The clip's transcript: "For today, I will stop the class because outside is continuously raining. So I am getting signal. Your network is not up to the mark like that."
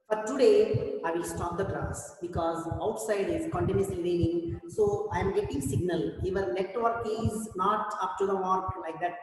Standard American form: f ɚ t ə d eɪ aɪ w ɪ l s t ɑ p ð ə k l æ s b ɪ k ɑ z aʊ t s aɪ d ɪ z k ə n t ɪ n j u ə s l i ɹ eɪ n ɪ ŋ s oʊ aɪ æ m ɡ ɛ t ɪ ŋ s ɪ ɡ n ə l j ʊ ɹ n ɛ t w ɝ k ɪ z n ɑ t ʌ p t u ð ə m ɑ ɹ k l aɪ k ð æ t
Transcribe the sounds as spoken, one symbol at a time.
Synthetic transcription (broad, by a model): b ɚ t ə d eɪ aɪ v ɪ l s t ɑ p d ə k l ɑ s b ɪ k ɑ z aʊ t s aɪ d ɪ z k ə n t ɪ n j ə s l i ɹ eɪ n ɪ ŋ s oʊ aɪ m ɡ ɛ t ɪ ŋ s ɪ ɡ n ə l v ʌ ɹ l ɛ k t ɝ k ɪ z n ɑ t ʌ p t u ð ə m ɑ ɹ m l aɪ k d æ t